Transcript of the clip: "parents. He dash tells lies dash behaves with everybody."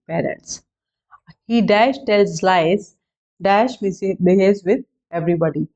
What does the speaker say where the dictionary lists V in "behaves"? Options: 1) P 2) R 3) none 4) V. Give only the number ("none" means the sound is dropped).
3